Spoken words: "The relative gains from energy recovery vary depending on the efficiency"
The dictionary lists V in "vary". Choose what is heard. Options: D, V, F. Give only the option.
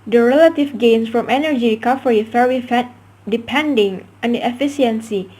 F